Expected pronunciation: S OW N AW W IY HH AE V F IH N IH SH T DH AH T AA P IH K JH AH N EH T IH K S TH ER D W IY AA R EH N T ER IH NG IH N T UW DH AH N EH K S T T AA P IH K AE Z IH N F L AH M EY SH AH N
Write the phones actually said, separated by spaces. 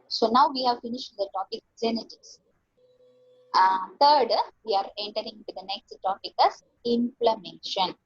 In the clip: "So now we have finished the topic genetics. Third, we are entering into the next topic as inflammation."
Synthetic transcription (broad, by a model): S OW N AW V IY HH AE V F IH N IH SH T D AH T AA P IH K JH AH N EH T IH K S T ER D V IY AA R EH N T ER IH NG IH N T UW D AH N EH K S T T AA P IH K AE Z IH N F L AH M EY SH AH N